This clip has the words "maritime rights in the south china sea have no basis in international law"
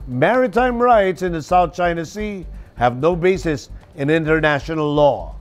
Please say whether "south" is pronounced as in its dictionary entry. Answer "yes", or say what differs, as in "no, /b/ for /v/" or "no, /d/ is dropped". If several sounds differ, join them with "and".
yes